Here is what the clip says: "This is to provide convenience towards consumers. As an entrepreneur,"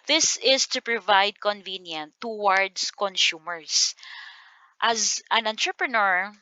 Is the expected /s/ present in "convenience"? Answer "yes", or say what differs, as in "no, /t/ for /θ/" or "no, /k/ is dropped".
no, /s/ is dropped